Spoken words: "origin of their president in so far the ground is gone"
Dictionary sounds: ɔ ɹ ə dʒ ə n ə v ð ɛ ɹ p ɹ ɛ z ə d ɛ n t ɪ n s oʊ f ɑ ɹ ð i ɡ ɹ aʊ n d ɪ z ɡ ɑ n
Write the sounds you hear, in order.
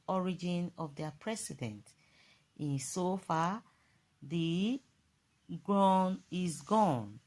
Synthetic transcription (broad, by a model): ɔ ɹ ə dʒ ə n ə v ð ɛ p ɹ ɛ s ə d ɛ n t ɪ n s oʊ f ɑ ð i ɡ ɹ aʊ n ɪ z ɡ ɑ n